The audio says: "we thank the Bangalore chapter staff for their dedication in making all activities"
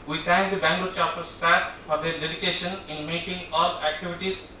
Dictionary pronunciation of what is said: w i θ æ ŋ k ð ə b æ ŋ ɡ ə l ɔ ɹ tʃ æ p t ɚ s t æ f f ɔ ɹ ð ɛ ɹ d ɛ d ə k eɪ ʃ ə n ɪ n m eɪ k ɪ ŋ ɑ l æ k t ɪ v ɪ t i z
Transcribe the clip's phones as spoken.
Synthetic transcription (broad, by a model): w i t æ ŋ k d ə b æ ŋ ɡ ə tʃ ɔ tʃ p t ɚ s t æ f f ɔ ɹ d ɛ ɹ d ɛ d ə k eɪ ʃ ə n ɪ n m eɪ k ɪ ŋ ɑ l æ k t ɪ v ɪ t i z